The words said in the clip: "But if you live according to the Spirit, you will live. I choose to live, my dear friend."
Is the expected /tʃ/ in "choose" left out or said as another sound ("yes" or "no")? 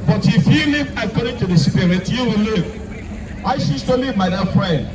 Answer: yes